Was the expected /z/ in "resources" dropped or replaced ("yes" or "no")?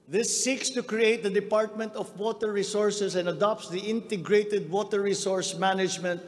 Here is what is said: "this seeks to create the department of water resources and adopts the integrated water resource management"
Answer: yes